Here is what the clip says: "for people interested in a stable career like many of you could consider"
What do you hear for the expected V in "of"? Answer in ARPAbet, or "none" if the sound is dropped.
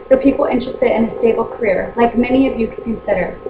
V